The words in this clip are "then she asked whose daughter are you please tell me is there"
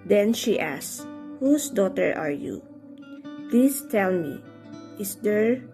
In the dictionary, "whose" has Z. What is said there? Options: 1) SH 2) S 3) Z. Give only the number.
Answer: 2